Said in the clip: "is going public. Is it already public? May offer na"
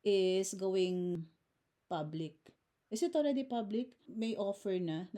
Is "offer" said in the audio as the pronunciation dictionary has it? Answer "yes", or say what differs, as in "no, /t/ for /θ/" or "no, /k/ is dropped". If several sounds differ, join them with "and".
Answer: yes